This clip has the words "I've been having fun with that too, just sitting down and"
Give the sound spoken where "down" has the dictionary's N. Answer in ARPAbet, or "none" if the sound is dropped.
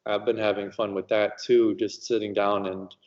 N